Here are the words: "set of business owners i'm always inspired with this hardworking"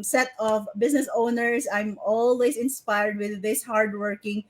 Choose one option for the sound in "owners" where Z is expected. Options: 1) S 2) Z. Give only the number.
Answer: 1